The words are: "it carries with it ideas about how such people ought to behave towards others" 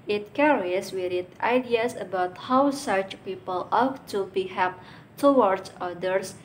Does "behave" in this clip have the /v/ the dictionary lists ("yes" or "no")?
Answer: no